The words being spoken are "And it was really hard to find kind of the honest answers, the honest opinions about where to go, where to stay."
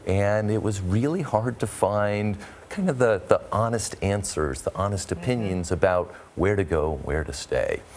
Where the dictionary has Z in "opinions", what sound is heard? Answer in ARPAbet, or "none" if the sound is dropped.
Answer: Z